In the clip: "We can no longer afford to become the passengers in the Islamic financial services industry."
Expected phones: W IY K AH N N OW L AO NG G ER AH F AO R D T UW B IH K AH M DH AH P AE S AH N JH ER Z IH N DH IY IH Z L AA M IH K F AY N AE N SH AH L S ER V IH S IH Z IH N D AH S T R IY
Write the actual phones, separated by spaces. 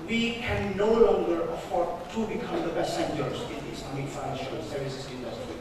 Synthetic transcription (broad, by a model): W IY K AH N N OW L AO NG G ER AH F AO R D T UW B IH K AH M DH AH B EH S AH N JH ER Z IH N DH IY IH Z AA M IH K F AY N AE N SH AH L S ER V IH S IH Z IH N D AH S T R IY